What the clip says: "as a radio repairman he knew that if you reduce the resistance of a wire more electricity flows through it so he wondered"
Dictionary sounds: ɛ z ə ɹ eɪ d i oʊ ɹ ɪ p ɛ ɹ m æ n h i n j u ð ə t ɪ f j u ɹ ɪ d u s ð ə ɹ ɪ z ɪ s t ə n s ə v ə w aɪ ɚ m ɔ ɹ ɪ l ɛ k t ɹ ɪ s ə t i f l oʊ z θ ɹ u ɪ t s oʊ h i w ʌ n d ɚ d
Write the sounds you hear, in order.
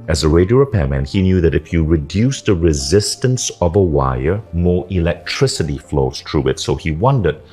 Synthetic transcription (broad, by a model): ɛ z ə ɹ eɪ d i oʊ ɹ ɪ p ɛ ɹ m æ n h i n j u ð ə t ɪ f j u ɹ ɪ d u s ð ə ɹ ɪ z ɪ s t ə n s ə v ə w aɪ ɚ m ɔ ɹ ɪ l ɛ k t ɹ ɪ s ə t i f l oʊ z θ ɹ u ɪ t s oʊ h i w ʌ n d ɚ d